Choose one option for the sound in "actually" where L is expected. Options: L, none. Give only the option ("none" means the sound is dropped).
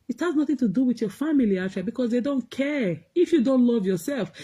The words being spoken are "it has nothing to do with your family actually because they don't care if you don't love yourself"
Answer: none